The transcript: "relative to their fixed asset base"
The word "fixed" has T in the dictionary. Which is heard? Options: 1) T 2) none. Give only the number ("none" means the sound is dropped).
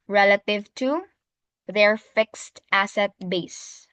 1